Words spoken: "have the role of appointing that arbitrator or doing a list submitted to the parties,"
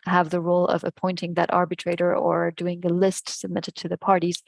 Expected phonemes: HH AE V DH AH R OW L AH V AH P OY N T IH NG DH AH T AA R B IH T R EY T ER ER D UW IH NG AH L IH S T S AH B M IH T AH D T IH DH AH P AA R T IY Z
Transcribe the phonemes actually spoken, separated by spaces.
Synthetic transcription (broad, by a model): HH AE V DH AH R OW L AH V AH P OY N T IH NG DH AH T AA R B IH T R EY T ER ER D UW IH NG AH L IH S T S AH B M IH T AH D T IH DH AH P AA R T IY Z